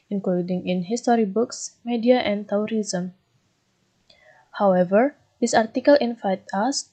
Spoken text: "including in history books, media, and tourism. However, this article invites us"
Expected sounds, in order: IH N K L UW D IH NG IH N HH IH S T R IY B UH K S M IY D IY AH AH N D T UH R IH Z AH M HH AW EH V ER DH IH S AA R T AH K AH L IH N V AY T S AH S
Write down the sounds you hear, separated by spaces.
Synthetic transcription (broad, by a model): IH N K L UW D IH NG IH N HH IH S T R IY B UH K S M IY D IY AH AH N T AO R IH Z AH M HH AW EH V ER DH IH S AA R T AH K AH L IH N F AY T AH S